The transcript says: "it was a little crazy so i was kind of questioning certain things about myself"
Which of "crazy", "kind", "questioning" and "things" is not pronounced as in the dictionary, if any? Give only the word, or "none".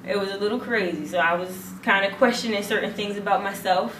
none